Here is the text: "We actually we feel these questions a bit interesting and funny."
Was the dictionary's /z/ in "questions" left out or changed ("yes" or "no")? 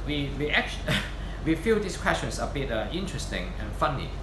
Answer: yes